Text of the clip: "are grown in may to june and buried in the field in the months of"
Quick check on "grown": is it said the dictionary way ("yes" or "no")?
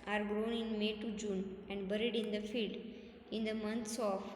yes